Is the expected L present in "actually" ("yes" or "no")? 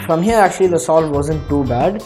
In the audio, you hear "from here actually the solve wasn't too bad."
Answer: yes